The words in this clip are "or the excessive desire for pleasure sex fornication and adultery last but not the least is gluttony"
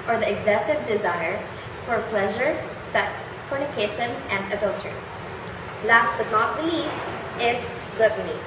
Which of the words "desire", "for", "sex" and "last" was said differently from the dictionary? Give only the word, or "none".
none